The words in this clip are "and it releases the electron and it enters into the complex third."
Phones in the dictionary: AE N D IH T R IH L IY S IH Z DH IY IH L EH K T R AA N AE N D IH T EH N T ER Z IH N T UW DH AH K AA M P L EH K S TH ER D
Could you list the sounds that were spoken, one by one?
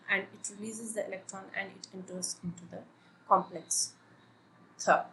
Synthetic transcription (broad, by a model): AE N D IH T R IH L IY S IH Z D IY IH L EH K T R AA N AE N D IH T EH N T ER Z IH N T UW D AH K AA M P L EH K S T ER